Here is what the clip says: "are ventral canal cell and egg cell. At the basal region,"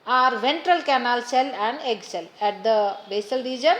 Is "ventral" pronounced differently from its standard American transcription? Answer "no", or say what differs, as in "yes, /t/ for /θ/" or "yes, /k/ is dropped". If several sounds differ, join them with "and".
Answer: no